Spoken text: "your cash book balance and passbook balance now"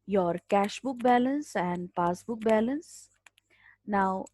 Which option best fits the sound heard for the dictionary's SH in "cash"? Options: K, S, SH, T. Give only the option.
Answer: SH